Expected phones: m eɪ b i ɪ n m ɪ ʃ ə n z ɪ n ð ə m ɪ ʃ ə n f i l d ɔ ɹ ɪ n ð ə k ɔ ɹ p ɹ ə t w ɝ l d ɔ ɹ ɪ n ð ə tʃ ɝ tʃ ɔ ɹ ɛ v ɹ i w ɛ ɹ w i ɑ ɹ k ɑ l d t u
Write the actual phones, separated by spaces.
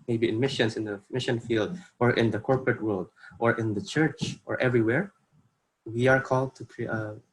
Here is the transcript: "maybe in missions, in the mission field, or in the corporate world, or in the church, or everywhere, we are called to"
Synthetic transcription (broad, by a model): m eɪ b i ɪ n m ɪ ʃ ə n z ɪ n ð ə m ɪ ʃ ə n f i l d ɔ ɹ ɪ n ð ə k ɔ ɹ p ɹ ə t w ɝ l d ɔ ɹ ɪ n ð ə tʃ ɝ tʃ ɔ ɹ ɛ v ɹ i w ɛ ɹ w i ɑ ɹ k ɑ l d t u